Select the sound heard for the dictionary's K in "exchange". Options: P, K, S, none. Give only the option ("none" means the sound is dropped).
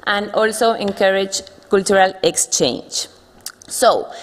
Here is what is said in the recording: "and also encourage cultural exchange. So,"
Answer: K